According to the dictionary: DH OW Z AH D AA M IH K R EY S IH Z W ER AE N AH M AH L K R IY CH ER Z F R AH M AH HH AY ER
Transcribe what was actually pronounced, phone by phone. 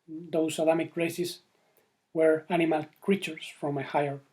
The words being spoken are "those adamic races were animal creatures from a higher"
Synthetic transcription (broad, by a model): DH OW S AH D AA M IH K R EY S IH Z W ER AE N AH M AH L K R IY CH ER S F R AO M AH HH AY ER